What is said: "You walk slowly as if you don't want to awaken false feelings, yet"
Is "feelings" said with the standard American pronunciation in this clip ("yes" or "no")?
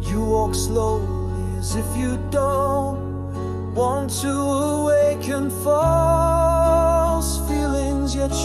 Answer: yes